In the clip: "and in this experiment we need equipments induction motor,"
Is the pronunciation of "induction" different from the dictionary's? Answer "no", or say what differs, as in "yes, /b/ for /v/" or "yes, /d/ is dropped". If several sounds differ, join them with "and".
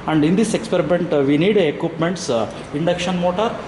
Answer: no